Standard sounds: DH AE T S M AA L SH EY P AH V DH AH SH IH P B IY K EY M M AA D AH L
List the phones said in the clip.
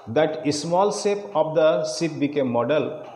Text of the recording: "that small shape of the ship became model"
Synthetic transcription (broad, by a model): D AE T S M AA L S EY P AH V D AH S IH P B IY K EY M M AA D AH L